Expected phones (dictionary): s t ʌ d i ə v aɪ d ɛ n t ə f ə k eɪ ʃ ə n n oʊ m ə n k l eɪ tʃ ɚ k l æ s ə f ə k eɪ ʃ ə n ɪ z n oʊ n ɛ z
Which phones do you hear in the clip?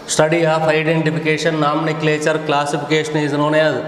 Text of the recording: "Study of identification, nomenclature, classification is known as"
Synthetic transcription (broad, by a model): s t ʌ d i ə p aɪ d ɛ n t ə p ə k eɪ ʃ ə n n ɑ m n k l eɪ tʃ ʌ k l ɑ s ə p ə k eɪ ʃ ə n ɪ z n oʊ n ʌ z